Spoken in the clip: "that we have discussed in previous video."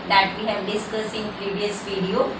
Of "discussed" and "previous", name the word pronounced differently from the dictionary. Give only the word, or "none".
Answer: discussed